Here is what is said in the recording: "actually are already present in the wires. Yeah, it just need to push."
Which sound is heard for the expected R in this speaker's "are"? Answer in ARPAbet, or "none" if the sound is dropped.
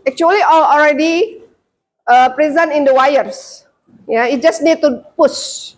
L